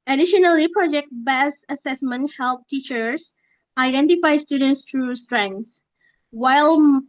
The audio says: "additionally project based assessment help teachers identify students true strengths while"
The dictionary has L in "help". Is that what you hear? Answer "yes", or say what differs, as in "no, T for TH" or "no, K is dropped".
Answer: yes